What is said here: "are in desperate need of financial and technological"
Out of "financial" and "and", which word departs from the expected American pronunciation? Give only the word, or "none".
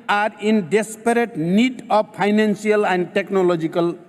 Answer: financial